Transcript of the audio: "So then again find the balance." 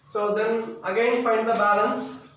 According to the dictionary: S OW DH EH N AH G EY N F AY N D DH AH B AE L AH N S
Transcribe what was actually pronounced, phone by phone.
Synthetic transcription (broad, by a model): S OW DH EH N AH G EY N F AY N D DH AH B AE L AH N S